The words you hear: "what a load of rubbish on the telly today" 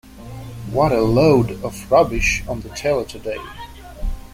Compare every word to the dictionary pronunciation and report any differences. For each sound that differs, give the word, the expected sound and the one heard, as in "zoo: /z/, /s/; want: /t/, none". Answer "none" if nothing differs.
none